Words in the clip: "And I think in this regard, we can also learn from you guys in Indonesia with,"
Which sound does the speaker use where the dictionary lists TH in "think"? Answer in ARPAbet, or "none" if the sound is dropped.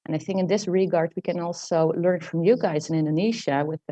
TH